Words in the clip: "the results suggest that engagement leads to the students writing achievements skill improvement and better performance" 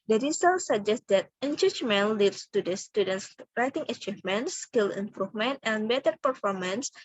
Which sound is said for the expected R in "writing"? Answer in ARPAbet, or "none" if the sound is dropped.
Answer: R